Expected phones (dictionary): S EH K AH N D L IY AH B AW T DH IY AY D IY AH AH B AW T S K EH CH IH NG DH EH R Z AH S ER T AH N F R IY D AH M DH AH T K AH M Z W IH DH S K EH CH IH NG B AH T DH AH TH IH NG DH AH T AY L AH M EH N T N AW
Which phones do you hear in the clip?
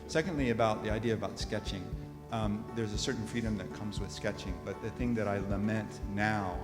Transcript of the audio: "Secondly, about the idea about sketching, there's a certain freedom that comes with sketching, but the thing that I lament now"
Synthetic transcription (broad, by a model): S EH K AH N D L IY AH B AW T DH IY AY D IY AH AH B AW T S K EH CH IH NG DH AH R Z AH S ER T N F R IY D AH M DH AH T K AH M Z W IH DH S K EH CH IH NG B AH T DH AH TH IH NG DH AH T AY L AH M EH N T N AW